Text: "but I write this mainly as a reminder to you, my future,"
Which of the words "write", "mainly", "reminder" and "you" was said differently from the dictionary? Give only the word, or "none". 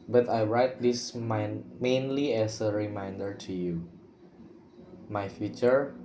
none